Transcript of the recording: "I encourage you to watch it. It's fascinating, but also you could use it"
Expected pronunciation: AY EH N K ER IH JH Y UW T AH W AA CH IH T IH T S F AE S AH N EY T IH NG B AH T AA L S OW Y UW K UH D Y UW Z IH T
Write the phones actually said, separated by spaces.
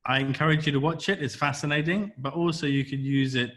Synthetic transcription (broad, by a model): AY EH N K ER IH JH Y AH T AH W AA CH IH T IH T S F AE S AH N EY T IH NG B AH T AA L S OW Y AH K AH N Y UW Z IH T